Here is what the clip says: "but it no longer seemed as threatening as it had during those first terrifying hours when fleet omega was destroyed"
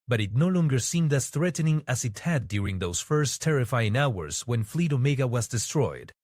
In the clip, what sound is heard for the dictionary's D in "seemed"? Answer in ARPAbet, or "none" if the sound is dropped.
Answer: D